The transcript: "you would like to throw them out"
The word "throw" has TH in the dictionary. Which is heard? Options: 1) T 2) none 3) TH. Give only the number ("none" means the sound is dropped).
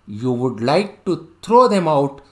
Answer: 1